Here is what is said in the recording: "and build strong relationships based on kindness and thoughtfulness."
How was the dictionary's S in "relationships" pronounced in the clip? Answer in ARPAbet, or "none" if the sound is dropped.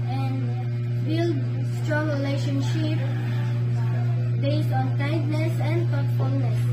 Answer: none